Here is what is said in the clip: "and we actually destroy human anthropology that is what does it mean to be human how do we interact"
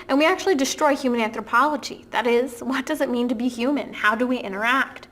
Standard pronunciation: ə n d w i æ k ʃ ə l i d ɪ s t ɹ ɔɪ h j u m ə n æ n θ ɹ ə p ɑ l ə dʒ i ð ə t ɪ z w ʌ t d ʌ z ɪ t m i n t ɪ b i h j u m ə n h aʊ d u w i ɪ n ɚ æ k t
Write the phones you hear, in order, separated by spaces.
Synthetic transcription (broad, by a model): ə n w i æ k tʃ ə l i d ɪ s t ɹ ɔɪ h j u m ə n æ n θ ɹ ə p ɑ l ə dʒ i ð ə t ɪ z w ʌ t d ʌ z ɪ t m i n t ɪ b i h j u m ə n h aʊ d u w i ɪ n ɚ æ k t